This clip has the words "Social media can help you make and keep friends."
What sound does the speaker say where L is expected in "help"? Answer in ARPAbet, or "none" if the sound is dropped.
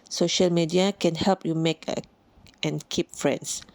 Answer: L